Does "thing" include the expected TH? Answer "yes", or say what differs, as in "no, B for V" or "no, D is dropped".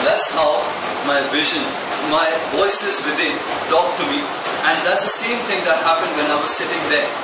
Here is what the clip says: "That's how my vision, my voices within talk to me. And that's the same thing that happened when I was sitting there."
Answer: no, T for TH